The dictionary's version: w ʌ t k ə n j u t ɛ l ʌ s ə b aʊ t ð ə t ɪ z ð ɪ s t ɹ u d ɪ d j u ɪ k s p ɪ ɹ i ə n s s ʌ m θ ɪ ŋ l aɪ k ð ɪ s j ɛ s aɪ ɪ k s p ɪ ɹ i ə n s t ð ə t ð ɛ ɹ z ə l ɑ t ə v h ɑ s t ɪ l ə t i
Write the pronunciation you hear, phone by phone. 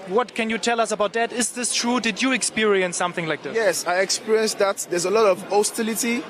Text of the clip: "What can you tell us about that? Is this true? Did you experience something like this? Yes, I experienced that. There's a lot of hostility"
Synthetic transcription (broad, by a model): w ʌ t k ə n j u t ɛ l ʌ s ə b aʊ t ð ə t ɪ z ð ɪ s t ɹ u d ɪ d j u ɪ k s p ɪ ɹ i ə n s s ʌ m θ ɪ ŋ l aɪ k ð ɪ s j ɛ s aɪ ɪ k s p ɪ ɹ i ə n s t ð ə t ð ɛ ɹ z ə l ɑ t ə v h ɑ s t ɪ l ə t i